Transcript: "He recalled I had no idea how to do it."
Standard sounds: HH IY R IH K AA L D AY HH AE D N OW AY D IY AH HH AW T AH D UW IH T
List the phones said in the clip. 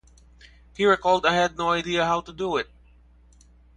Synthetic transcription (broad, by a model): HH IY R IH K AA L D AY HH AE D N OW AY D IY AH HH AW T AH D UW IH T